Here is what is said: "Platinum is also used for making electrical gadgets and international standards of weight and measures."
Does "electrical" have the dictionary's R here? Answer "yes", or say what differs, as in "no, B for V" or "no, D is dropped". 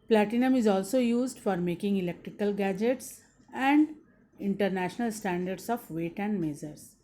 yes